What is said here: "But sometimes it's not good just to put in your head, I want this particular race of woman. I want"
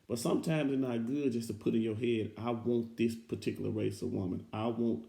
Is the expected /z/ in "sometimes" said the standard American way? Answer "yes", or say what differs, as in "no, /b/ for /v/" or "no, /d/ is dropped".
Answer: yes